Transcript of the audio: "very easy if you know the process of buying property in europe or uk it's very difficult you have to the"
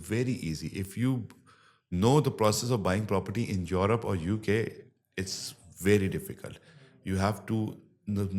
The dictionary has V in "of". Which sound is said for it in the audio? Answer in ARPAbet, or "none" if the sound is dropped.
V